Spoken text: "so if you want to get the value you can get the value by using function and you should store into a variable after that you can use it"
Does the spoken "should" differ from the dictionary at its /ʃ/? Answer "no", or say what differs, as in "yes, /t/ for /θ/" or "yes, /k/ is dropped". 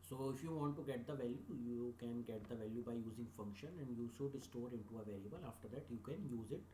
yes, /s/ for /ʃ/